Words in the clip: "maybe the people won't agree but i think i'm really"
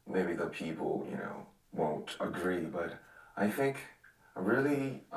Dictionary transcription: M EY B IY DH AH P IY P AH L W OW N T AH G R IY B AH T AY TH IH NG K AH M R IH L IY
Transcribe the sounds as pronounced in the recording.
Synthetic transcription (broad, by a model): M EY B IY DH AH P IY P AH N W OW N T AH G R IY B AH T AY TH IH NG K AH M R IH L IY